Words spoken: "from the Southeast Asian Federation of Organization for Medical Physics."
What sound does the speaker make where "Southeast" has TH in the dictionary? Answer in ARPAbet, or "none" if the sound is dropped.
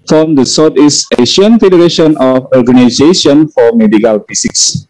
T